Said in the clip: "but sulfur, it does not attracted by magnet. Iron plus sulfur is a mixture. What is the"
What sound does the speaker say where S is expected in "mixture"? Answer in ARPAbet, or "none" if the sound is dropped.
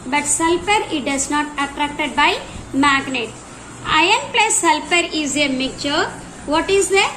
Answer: none